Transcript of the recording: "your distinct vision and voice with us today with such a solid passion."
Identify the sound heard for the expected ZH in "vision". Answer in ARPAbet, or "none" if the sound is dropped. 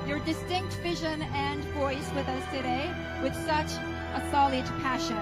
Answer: ZH